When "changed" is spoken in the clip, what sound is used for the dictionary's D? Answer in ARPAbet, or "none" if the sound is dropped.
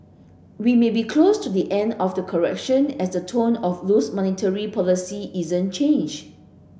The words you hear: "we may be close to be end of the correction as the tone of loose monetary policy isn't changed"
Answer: none